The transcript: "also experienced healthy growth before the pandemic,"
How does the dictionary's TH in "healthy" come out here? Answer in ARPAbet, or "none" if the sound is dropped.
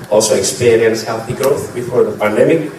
TH